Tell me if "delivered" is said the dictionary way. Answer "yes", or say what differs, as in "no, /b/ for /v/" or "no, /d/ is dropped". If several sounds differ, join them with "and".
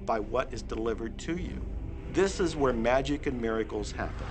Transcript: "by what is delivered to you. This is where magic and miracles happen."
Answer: yes